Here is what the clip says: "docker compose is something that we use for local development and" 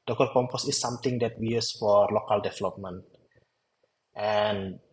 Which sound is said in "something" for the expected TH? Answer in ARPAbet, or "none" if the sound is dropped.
T